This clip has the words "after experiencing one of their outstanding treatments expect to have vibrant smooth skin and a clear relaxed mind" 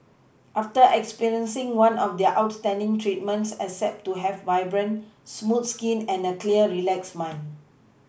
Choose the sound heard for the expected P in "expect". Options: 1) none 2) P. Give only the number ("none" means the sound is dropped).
1